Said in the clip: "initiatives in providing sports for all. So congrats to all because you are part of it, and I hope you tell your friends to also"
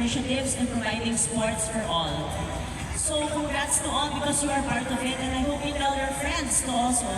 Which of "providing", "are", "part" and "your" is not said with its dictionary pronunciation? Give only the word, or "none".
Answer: none